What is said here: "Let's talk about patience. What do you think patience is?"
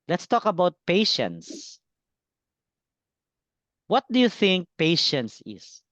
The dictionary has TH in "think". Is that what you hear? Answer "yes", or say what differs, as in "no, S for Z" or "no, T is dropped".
yes